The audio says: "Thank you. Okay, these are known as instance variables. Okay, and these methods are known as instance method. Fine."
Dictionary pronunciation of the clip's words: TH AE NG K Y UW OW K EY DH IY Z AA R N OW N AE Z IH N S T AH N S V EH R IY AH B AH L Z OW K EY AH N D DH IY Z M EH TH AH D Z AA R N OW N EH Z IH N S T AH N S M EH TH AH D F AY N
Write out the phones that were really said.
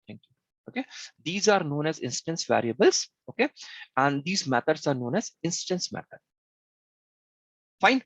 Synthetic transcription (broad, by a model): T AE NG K Y UW OW K EY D IY Z AA R N OW N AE Z IH N S T AH N S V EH R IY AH B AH L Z OW K EY AH N D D IY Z M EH T AH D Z AA R N OW N EH Z IH N S T AH N S M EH T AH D F AY N